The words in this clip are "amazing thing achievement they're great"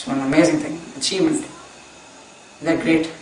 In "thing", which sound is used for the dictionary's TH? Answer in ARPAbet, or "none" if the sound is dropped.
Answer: T